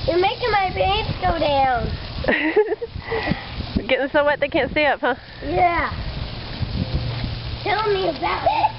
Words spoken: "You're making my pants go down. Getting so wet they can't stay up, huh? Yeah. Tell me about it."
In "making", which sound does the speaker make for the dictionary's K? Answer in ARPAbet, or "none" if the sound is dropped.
K